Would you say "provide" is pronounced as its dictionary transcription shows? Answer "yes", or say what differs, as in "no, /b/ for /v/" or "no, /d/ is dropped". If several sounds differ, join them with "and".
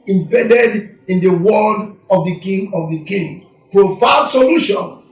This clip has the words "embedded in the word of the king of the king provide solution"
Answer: no, /f/ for /v/